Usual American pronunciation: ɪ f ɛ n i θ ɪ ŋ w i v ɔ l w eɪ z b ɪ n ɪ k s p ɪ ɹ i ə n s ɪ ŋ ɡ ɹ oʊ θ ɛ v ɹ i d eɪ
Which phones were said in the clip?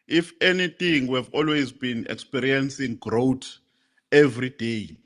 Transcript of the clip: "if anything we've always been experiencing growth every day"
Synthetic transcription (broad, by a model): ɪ f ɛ n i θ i ŋ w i v ɔ l w eɪ z b ɪ n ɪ k s p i ɹ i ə n s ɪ ŋ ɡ ɹ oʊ t ɛ v ɹ i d eɪ